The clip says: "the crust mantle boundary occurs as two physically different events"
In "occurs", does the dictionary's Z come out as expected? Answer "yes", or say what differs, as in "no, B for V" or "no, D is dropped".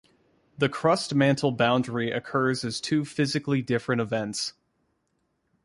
yes